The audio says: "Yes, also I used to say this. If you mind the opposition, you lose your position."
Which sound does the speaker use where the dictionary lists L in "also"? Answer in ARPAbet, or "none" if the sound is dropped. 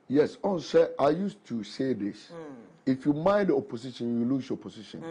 N